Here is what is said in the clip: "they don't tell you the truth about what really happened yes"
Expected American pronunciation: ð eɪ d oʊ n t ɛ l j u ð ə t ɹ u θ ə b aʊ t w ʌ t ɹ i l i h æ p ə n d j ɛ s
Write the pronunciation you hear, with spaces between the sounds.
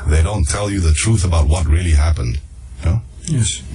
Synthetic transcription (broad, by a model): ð eɪ d oʊ n t ɛ l j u ð ə t ɹ u θ ə b aʊ t w ʌ t ɹ i l i h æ p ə n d j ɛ s